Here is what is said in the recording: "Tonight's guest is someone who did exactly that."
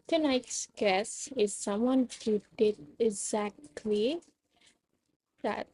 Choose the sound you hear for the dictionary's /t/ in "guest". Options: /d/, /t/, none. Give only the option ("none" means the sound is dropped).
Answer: none